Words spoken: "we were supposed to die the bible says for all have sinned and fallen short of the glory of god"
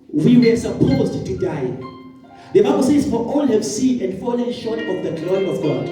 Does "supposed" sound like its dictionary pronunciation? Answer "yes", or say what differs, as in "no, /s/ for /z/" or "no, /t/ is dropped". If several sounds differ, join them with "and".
yes